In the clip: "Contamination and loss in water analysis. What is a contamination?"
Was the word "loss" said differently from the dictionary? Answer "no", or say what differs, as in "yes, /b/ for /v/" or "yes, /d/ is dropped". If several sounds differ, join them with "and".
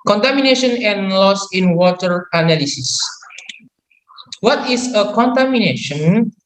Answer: no